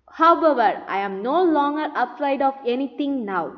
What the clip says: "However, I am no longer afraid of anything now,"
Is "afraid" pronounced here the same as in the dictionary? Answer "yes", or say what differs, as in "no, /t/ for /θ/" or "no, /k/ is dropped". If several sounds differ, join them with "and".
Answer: no, /p/ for /f/